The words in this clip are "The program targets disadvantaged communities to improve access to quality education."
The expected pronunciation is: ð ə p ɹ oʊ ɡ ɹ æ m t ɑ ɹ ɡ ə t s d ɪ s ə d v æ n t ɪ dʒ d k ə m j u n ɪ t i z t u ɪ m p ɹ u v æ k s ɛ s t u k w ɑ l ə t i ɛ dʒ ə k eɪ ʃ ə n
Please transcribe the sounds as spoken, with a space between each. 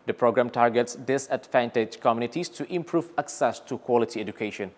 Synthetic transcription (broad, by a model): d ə p ɹ oʊ ɡ ɹ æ m t ɑ ɹ ɡ ə t s d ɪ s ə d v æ n t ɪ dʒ k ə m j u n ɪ t i s t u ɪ m p ɹ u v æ k s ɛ s t u k w ɑ l ə t i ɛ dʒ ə k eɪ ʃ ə n